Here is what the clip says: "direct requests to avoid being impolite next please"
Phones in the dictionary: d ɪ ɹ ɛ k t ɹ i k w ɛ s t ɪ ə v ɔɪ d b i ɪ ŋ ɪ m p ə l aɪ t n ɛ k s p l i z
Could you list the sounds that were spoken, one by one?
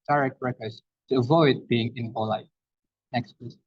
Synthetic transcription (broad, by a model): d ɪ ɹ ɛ k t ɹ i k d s t ɪ ə v ɔɪ d b i ɪ ŋ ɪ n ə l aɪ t n ɛ k s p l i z